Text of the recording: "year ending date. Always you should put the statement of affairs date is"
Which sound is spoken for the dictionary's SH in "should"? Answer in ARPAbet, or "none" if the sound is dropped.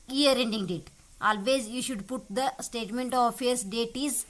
SH